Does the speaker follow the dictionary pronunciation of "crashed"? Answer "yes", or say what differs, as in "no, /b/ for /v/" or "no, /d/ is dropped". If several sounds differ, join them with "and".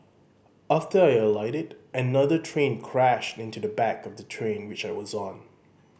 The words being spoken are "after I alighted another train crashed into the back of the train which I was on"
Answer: yes